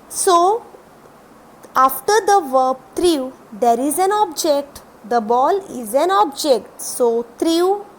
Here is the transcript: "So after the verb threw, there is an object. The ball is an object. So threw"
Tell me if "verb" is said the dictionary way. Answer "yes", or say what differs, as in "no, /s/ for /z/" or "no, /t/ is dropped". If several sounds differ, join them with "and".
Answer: yes